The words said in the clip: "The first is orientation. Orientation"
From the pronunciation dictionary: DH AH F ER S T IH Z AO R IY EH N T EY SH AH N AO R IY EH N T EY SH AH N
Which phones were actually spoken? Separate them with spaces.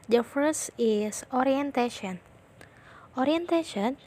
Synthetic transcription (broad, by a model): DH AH F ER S IH S AO R IY EH N T EY SH AH N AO R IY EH N T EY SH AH N